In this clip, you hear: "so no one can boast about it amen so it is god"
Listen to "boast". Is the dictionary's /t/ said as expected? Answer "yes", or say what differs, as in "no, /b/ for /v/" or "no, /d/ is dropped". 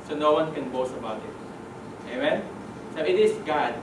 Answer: no, /t/ is dropped